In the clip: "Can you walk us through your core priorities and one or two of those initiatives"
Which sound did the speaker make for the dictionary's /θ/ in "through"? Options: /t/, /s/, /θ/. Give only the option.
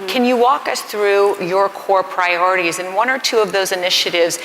/θ/